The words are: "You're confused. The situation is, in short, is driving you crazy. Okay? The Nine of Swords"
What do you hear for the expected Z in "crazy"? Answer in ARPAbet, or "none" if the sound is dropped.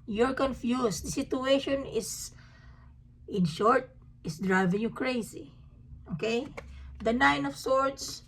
S